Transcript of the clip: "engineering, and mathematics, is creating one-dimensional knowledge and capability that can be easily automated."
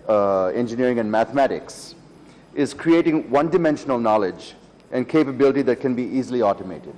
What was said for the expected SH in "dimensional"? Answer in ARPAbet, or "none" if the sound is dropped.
SH